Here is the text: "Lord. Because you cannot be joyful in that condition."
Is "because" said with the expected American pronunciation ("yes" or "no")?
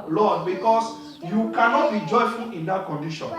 no